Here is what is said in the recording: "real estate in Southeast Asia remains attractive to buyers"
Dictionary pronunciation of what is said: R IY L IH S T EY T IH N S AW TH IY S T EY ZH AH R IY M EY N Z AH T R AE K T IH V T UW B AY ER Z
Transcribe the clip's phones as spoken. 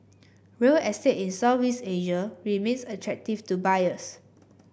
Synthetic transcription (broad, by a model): R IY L IH S T EY T IH N S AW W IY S EY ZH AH R IY M EY N S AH T R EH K T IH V T UW B AY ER S